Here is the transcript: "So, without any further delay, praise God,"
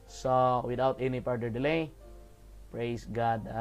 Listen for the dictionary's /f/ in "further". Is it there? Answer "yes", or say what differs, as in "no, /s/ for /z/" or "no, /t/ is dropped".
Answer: no, /p/ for /f/